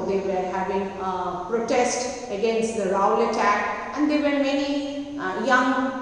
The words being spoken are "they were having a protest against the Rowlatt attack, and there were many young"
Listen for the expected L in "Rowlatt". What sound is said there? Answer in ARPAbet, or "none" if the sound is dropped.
none